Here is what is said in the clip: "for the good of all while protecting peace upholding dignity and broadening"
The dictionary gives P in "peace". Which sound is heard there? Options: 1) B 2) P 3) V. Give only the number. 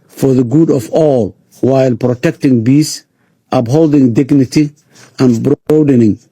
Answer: 1